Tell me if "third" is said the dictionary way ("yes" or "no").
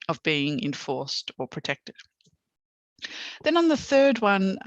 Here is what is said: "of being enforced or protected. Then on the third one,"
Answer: yes